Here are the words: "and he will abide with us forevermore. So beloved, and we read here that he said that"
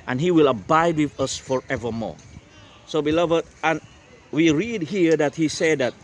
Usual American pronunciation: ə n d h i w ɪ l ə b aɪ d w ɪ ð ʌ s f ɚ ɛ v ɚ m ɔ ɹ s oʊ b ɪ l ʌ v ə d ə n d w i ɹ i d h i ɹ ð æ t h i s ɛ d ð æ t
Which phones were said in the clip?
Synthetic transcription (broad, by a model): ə n h i w ɪ l ə b aɪ d w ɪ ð ʌ s f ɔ ɛ v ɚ m ɔ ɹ s oʊ b ɪ l ʌ v ə d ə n w i ɹ i d h i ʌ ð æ t h i s ɛ d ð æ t